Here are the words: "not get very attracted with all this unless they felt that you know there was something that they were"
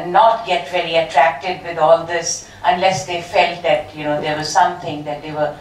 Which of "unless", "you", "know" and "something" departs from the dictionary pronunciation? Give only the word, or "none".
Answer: something